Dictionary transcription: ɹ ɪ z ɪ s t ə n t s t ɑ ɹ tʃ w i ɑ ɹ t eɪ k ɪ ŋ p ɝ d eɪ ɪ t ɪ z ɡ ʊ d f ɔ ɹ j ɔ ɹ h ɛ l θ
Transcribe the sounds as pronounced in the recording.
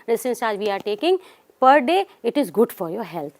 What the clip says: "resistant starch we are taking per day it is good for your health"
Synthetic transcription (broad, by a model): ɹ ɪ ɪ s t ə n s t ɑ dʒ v i ɑ ɹ t eɪ k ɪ ŋ p ɝ d eɪ ɪ t ɪ z ɡ ʊ d f ɔ ɹ j ɔ ɹ h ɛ l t